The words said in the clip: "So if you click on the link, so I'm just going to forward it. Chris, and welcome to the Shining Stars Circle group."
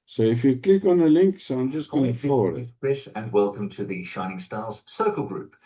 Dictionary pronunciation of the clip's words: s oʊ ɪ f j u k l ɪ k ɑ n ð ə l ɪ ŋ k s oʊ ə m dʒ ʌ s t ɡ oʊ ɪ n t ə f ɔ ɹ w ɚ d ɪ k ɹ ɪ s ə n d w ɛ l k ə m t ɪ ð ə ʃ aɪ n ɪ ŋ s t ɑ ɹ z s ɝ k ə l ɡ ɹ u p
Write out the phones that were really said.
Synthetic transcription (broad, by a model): s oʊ ɪ f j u k l ɪ k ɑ n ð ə l ɪ ŋ k s oʊ ə m dʒ ʌ s t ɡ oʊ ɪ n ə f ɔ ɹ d ɪ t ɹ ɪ s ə n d w ɛ l k ə m t ɪ ð ə ʃ aɪ n ɪ ŋ s t ɑ l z s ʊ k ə l ɡ ɹ u p